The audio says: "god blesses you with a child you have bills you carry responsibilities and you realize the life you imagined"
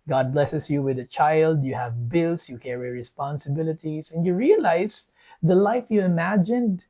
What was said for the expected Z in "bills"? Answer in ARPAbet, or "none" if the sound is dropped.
S